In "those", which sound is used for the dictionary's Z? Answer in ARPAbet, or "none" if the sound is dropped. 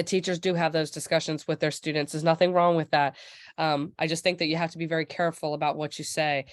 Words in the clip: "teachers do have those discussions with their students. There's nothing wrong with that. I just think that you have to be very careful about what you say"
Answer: Z